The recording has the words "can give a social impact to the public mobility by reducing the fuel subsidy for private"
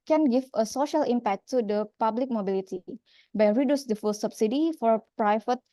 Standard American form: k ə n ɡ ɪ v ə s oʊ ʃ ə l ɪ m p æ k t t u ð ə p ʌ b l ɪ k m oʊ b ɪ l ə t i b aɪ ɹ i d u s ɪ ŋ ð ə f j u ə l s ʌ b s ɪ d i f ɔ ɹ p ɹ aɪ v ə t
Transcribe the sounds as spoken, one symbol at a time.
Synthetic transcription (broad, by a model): k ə n ɡ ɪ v ə s oʊ ʃ ə l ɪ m p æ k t t u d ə p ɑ b l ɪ k m oʊ b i l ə t i b aɪ ɹ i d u s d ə f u l s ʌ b s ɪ d i f ɔ ɹ p ɹ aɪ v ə t